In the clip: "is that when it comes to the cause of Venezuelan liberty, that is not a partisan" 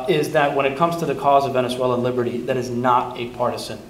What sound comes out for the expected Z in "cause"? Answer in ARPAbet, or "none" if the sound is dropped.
Z